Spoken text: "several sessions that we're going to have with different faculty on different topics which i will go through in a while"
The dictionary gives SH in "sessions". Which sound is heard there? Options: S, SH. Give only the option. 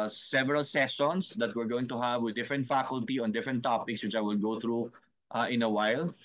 S